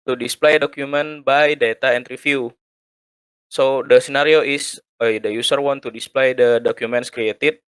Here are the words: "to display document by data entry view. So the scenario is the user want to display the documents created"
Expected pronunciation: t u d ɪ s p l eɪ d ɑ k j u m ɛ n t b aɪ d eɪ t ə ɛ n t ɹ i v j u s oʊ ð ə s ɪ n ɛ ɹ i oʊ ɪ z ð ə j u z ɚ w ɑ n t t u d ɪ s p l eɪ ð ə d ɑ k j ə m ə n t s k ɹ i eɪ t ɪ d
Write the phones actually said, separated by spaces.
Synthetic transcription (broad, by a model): t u d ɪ s p l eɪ d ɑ k j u m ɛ n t b aɪ d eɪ t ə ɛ n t ɹ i f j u s oʊ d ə s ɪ n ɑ ɹ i oʊ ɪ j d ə j u s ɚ w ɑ n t t u d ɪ s p l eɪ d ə d ɑ k j ə m ə n t s k ɹ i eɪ t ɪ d